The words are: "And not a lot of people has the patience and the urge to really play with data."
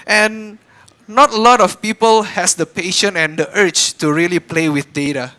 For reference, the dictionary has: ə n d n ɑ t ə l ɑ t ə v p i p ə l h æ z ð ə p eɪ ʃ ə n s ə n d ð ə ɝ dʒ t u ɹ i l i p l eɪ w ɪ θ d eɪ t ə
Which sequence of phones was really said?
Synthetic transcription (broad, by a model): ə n n ɑ t ə l ɑ t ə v p i p ə l h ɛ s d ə p eɪ ʃ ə n ə n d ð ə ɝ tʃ t u ɹ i l i p l eɪ w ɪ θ d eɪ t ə